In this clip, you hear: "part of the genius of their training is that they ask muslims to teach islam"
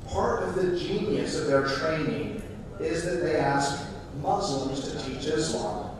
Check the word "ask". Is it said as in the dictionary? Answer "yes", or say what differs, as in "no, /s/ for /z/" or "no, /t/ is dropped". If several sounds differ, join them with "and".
yes